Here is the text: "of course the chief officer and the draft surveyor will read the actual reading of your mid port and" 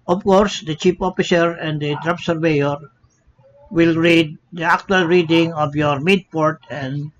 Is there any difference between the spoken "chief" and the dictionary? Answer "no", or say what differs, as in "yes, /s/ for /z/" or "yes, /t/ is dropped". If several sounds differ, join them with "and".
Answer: yes, /p/ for /f/